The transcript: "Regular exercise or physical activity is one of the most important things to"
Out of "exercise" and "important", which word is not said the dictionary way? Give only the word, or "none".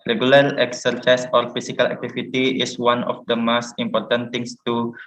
exercise